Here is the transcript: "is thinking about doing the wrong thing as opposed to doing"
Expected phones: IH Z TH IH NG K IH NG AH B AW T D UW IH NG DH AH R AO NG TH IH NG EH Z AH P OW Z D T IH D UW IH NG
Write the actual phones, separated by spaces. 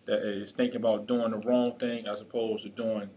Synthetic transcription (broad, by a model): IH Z TH IH NG K IH NG AH B AW T D UW IH NG DH AH R AO NG TH IH NG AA S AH P OW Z T IH D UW IH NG